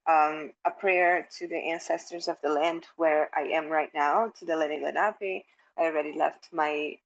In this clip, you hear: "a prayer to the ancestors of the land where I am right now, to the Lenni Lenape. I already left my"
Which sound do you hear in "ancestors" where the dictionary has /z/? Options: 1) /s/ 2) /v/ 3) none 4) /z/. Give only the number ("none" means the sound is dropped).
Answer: 4